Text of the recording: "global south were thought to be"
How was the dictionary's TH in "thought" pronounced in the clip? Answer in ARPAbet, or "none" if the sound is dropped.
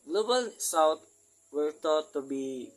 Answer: T